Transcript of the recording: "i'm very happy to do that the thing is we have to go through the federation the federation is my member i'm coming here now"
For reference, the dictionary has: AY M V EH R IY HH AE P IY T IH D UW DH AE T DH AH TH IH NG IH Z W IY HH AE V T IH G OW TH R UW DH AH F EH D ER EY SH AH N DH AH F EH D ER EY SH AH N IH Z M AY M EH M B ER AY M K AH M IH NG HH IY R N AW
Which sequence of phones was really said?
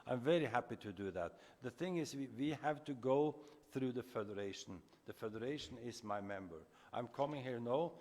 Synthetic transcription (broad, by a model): AY M V EH R IY HH AE P IY T IH D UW DH AE T DH AH TH IH NG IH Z W IY HH AE V T IH G OW TH R UW DH AH F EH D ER EY SH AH N DH AH F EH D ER EY SH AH N IH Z M AY M EH M B ER AY M K AH M IH NG HH IY R N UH